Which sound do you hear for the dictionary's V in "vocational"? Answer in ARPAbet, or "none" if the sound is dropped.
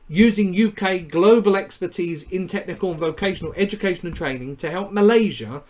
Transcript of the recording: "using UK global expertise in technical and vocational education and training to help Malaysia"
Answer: V